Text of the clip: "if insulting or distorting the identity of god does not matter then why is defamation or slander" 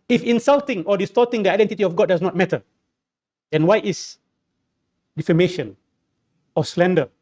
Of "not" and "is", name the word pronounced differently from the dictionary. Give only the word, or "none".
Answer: is